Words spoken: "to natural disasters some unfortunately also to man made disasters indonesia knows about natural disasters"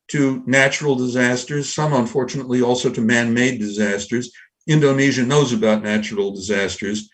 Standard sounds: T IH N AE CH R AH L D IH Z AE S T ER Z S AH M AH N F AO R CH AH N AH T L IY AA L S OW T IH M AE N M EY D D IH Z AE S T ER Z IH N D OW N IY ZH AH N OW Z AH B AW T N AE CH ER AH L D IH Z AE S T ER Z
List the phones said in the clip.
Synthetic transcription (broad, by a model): T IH N AE CH R L D IH Z AE S T ER Z S AH M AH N F AO R CH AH N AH T L IY AA L S OW T IH M AE N M EY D D IH Z AE S T ER Z IH N D OW N IY ZH AH N OW Z AH B AW T N AE CH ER L D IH Z AE S T ER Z